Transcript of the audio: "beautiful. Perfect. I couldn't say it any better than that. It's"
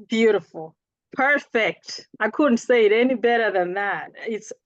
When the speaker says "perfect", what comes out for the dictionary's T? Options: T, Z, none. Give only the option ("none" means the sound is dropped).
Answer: T